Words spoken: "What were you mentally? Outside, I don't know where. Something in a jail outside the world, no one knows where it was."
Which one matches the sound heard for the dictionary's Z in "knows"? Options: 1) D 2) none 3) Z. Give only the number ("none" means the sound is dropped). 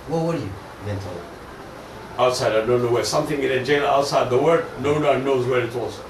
3